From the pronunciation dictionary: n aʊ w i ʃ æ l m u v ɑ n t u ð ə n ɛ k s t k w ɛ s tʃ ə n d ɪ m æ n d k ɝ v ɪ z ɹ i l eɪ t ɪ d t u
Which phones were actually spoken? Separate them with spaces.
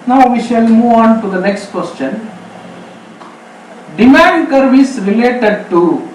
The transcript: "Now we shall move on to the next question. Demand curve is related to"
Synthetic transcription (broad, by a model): n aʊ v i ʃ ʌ l m u v ɑ n t u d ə n ɛ k s t k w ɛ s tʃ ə n d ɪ m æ n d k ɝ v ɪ s ɹ i l eɪ t ɪ d t u